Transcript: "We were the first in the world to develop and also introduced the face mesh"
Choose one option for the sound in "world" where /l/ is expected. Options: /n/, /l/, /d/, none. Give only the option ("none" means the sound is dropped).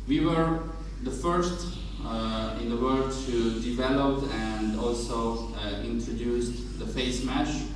none